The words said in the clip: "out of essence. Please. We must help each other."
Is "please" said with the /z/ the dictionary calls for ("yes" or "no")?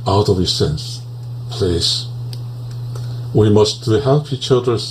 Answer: no